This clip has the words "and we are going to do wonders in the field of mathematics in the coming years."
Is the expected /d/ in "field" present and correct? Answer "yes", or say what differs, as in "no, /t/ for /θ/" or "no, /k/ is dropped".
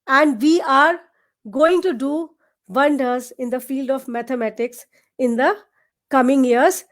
yes